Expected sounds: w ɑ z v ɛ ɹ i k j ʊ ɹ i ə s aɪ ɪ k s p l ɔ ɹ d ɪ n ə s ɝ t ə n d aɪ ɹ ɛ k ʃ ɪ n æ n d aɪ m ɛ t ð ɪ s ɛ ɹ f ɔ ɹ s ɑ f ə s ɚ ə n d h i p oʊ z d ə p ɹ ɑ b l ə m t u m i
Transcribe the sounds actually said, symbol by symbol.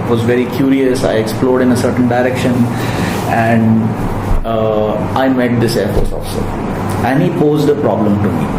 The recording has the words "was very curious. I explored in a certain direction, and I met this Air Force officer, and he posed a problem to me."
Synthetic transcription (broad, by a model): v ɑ z v ɛ ɹ i k j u ɹ i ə s aɪ ɪ k s p l ɔ ɹ d ɪ n ə s ɝ t ə n d aɪ ɹ ɛ k ʃ ɪ n æ n d aɪ m ɛ t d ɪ s ɛ ɹ f ɔ ɹ s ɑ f s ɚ ə n d h i p oʊ z d ə p ɹ ɑ b l ə m t u m i